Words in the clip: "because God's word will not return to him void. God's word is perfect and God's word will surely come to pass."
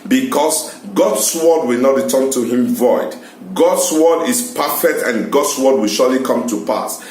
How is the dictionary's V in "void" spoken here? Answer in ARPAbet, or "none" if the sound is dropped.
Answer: V